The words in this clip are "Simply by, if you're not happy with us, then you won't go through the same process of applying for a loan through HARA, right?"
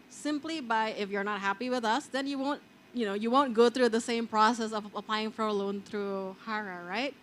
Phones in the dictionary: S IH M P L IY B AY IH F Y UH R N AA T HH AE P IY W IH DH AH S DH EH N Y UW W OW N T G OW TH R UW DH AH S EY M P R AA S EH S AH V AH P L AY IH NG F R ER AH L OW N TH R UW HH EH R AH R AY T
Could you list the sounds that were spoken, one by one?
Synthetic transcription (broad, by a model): S IH M P L IY B AY IH F Y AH R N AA T HH AE P IY W IH DH AH S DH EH N Y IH W OW N T G OW TH R UW DH AH S EY M P R AA S EH S AH V AH P L AY IH NG F R ER AH L OW N TH R UW HH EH R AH R AY T